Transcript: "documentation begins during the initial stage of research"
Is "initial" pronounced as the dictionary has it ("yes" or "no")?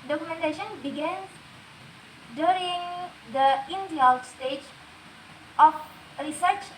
no